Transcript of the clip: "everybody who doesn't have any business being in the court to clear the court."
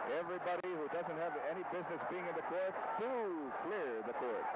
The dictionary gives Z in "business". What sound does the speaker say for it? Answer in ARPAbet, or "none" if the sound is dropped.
Z